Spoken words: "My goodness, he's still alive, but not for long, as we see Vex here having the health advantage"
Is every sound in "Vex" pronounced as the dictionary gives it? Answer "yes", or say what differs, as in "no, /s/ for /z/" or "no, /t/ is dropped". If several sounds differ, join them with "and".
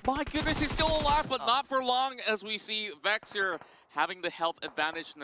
yes